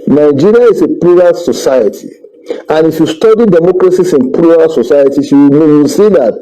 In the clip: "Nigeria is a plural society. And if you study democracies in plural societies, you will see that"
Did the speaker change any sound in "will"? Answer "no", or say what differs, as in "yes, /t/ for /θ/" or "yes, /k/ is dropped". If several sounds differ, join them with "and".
yes, /n/ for /l/